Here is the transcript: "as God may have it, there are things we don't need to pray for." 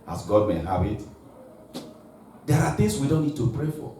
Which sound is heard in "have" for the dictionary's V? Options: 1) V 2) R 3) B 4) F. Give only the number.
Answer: 3